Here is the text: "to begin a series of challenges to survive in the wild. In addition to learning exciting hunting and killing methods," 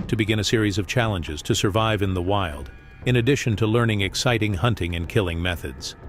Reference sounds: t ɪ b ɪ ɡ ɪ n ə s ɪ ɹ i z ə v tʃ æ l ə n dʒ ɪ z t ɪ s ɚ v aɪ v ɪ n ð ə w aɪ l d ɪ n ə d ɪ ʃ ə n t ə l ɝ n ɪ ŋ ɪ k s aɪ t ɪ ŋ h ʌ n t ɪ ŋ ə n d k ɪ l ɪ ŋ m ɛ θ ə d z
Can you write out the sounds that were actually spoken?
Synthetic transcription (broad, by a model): t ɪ b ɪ ɡ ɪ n ə s ɪ ɹ i z ə v tʃ æ l ə n dʒ ɪ z t ɪ s ɚ v aɪ v ɪ n ð ə w aɪ l d ɪ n ə d ɪ ʃ ə n t ə l ɝ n ɪ ŋ ɪ k s aɪ t ɪ ŋ h ʌ n t ɪ ŋ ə n k ɪ l ɪ ŋ m ɛ θ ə d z